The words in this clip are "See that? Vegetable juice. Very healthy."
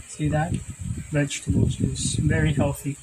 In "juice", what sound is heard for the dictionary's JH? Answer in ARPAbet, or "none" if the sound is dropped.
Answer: Z